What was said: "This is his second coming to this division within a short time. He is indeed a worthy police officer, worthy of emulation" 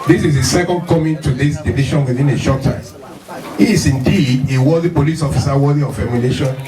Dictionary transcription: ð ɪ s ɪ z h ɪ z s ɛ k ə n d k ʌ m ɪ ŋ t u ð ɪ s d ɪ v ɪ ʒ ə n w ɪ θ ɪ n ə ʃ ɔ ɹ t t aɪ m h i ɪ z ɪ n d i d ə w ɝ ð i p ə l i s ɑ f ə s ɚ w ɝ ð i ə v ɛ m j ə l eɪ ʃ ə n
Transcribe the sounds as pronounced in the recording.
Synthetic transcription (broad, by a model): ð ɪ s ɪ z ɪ s ɛ k ə n d k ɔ m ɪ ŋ t u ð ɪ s d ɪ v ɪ ʃ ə n w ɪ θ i n ə ʃ ɔ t t aɪ m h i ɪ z ɪ n d i d ə w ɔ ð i p ə l i s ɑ f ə s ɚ w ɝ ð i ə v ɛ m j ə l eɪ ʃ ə n